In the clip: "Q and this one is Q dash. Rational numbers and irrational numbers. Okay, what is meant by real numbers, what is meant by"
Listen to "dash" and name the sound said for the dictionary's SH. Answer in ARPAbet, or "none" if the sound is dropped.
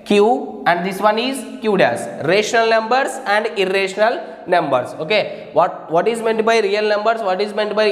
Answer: S